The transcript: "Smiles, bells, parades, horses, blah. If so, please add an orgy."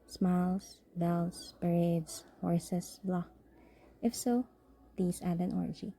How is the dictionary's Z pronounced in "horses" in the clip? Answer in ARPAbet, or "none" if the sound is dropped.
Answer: S